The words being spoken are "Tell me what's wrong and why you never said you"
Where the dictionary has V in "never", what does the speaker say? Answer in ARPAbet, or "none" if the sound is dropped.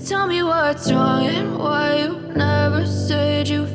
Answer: V